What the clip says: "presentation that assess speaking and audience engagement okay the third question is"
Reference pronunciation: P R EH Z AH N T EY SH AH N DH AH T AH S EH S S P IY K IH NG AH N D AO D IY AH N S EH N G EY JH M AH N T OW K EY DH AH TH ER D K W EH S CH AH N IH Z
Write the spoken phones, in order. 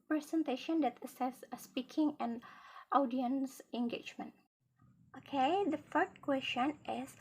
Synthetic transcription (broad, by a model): P R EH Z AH N T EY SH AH N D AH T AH S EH S S P IY K IH NG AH N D AO D IY AH N S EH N G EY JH M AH N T OW K EY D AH F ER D K W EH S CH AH N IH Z